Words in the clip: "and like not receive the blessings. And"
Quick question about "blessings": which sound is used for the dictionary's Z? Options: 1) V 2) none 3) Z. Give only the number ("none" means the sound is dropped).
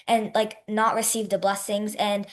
3